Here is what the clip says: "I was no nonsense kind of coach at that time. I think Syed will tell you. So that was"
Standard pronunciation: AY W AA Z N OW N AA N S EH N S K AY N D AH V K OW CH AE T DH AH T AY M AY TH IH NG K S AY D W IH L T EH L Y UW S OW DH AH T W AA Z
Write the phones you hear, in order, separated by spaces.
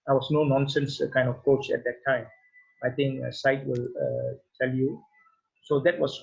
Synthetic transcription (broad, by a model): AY W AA S N OW N AA N S EH N S K AY N D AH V K OW CH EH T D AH T AY M AY T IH NG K S AY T W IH L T EH L Y UW S OW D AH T W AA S